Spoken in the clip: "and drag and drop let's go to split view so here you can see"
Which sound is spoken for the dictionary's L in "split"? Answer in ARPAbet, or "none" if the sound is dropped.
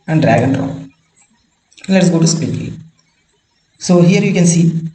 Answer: none